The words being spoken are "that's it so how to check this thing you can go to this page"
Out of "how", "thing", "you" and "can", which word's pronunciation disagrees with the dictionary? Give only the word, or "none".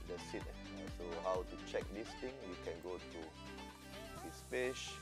thing